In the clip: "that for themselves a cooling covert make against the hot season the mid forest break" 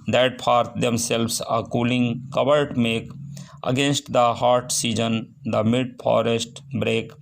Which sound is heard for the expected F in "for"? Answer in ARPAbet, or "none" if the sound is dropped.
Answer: P